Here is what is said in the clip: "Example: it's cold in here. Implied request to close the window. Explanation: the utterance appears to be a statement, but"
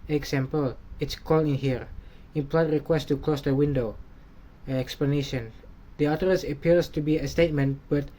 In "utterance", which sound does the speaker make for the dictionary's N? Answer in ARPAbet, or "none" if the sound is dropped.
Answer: none